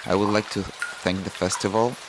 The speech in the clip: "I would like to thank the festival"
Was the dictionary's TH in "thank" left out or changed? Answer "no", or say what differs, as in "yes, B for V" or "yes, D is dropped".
no